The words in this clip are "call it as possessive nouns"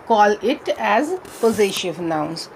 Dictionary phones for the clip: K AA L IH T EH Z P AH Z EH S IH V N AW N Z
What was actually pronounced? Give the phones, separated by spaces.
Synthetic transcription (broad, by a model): K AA L IH T EH Z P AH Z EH SH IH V N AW N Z